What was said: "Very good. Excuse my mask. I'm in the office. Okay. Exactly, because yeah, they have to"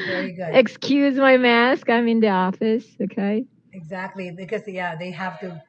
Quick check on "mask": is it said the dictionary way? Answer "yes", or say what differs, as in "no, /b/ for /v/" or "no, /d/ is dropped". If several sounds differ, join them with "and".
yes